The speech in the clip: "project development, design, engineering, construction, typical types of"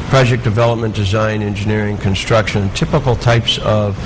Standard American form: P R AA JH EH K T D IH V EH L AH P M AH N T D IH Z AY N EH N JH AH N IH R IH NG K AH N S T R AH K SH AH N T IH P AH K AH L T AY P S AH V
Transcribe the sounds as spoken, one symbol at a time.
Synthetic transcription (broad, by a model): P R AA JH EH K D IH V EH L AH P M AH N D IH Z AY N EH N JH AH N IH R IH NG K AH N S T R AH K SH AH N T IH P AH K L T AY P S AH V